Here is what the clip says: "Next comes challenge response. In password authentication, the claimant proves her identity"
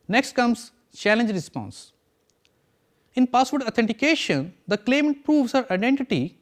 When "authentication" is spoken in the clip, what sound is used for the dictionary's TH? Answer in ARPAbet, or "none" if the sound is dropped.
T